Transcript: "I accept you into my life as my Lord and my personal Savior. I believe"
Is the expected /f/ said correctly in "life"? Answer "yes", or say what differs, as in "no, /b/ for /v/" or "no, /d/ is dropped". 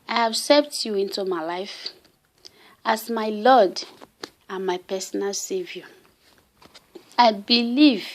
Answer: yes